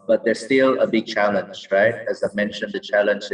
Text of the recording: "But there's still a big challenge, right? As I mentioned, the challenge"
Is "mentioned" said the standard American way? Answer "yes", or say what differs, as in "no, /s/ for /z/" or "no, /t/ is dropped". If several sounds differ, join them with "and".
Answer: yes